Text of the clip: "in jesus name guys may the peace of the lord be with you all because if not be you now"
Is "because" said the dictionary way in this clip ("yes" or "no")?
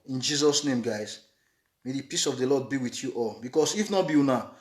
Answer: no